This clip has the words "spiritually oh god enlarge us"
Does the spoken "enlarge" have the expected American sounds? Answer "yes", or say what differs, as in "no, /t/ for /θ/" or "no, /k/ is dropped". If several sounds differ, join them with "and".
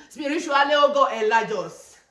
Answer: no, /n/ is dropped